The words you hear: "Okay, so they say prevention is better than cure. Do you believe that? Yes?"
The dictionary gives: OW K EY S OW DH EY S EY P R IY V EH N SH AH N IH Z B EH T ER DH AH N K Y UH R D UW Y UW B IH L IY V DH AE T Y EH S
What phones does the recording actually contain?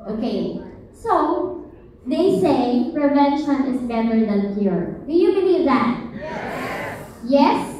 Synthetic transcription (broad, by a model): OW K EY S OW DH EY S EY P R IY V EH N SH AH N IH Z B EH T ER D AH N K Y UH R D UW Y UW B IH N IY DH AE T Y EH S